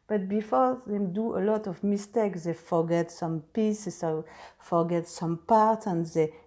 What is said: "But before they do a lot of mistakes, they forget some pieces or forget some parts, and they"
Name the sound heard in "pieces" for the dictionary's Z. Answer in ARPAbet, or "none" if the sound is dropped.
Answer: S